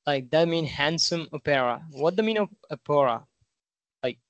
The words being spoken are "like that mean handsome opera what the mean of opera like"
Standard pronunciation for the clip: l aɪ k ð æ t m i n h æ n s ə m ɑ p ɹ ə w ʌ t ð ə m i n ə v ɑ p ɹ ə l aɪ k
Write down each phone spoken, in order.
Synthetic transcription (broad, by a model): l aɪ k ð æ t m i n h æ n s ə m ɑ p ɹ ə w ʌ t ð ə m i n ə p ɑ ɹ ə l aɪ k